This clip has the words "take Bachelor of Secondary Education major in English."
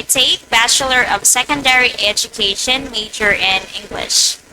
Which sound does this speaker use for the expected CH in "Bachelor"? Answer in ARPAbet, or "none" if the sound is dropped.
CH